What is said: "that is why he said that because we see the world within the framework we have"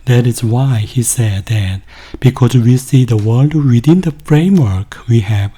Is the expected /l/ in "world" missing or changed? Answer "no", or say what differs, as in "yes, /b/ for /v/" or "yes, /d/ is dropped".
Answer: no